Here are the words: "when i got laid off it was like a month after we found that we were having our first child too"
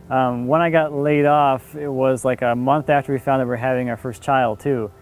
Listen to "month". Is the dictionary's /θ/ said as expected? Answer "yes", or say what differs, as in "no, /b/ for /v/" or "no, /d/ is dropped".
yes